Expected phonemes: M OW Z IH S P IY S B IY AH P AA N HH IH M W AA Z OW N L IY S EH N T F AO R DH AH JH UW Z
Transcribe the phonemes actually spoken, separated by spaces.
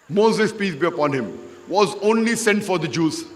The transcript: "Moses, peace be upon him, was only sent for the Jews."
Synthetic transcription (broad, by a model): M OW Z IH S P IY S B IY AH P AA N HH IH M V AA Z OW N L IY S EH N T F AO R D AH JH UW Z